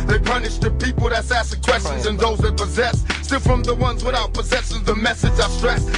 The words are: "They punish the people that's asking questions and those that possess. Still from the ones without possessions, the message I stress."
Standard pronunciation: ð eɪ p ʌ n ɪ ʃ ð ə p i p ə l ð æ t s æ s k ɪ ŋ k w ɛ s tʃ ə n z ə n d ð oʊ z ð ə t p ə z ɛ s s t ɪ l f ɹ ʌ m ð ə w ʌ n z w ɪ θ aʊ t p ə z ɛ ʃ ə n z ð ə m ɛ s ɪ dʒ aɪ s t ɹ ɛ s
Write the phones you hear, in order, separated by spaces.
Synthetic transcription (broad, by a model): ð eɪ p ʌ n ɪ ʃ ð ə p i p l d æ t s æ s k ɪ k w ɛ s tʃ ə n z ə n ð oʊ z ð ə t p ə z ɛ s s t ɪ l f ɹ ʌ m ð ə w ʌ n z w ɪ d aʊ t p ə z ɛ s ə z ð ə m ɛ s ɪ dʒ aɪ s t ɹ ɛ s